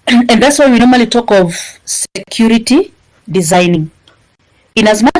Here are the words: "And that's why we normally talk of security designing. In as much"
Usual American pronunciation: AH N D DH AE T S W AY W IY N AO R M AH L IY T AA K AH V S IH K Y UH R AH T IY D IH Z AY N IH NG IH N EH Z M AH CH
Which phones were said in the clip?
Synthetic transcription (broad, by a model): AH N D DH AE T S W AY W IY N AO R M AH L IY T AA K AH V S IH K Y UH R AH T IY D IH Z AY N IH NG IH N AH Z M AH